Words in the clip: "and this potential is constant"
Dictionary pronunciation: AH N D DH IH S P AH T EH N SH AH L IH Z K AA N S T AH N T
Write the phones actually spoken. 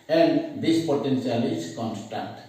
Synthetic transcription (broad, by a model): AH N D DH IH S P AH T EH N S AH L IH S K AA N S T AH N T